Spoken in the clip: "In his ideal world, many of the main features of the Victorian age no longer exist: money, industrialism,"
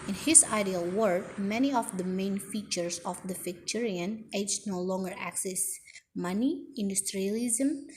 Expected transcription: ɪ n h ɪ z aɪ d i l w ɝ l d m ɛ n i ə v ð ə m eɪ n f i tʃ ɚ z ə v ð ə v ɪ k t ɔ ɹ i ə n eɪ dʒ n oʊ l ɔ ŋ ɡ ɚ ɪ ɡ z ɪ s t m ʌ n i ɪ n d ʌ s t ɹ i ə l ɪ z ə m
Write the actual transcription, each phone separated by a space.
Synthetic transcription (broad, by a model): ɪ n h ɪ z aɪ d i l w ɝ d m ɛ n i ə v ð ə m eɪ n f i tʃ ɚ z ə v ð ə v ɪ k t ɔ ɹ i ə n eɪ dʒ n oʊ l ɔ ŋ ɡ ɚ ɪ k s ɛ s m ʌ n i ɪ n d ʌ s t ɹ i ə l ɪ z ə m